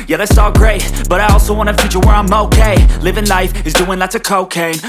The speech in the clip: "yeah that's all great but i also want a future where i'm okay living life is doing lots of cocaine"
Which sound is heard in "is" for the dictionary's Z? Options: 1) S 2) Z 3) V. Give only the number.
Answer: 2